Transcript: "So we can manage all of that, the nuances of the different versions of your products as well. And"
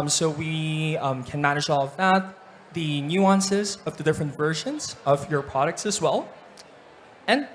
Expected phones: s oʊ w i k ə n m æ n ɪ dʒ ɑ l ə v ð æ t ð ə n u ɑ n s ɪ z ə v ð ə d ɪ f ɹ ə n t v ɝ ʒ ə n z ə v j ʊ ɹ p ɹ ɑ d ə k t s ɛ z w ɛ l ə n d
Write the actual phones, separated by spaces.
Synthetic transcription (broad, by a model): s oʊ w i k ə n m æ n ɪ dʒ ɑ l ə v ð æ t ð ə n u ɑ n s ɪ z ə v ð ə d ɪ f ɹ ə n t v ɝ ʒ ə n z ə v j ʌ ɹ p ɹ ɑ d ə k t s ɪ z w ɛ l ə n